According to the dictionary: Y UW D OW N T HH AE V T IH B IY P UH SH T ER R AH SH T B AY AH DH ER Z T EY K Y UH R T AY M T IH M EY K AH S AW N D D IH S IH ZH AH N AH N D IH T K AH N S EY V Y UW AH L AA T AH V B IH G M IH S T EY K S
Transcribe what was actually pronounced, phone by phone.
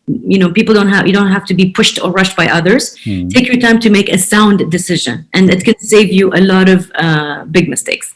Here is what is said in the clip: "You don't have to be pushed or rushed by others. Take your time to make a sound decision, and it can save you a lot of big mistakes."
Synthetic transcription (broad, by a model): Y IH D OW N T HH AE F T IH B IY P UH SH T ER R AH SH T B AY AH DH ER Z T EY K Y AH R T AY M T IH M EY K AH S AW N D D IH S IH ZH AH N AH N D IH T K AH N S EY V Y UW AH L AA T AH V B IH G M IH S T EY K S